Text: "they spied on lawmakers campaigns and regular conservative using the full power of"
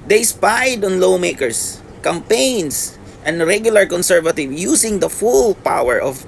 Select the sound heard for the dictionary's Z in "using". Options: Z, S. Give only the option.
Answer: S